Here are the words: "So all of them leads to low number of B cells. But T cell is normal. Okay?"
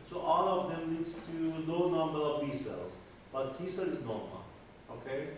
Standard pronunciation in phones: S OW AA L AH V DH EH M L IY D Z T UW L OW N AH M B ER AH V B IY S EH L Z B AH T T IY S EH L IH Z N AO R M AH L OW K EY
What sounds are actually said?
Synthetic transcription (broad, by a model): S OW AA L AH V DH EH M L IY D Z T UW N OW N AH M B ER AH V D IY S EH L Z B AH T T IY S EH L IH Z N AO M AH OW K EY